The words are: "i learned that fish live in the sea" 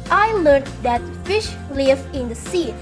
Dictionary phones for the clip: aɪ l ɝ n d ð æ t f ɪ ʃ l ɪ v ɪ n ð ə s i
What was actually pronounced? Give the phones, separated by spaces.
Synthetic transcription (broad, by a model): aɪ l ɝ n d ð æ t f ɪ ʃ l ɪ v ɪ n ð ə s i